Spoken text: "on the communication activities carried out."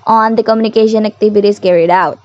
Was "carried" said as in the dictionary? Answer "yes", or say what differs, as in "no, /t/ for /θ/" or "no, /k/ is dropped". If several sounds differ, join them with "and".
yes